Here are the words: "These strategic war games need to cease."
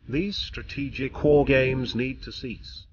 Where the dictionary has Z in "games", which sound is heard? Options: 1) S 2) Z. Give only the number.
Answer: 2